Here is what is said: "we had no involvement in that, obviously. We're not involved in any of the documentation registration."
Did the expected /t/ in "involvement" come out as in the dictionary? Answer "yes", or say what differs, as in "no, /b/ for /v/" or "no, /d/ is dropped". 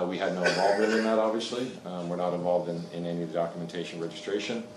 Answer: no, /t/ is dropped